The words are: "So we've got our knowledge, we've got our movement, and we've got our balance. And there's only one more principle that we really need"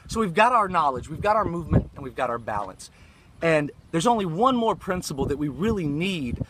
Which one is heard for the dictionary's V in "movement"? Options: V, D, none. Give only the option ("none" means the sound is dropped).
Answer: V